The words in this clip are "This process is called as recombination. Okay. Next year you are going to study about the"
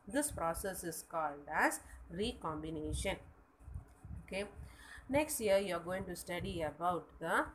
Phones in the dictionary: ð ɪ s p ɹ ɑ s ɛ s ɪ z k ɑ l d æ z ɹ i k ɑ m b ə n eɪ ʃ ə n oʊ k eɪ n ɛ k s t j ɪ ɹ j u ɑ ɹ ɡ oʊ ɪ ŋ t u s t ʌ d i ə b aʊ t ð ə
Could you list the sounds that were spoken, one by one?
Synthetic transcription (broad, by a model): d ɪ s p ɹ ɑ s ɛ s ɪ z k ɑ l d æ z ɹ i k ɑ m b ə n eɪ ʃ ə n oʊ k eɪ n ɛ k s t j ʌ ɹ j u ɑ ɹ ɡ oʊ ɪ ŋ t u s t ʌ d i ə b aʊ t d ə